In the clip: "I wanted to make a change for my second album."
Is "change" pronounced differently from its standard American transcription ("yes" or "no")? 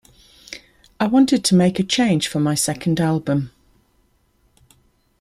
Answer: yes